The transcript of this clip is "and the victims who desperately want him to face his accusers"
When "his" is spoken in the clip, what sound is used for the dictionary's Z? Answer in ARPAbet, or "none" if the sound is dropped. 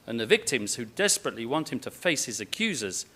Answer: Z